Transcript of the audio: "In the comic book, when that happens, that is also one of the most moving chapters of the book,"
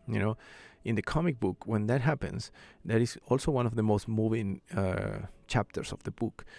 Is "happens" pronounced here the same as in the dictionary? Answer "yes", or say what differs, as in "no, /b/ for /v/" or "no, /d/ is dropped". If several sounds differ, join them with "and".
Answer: no, /s/ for /z/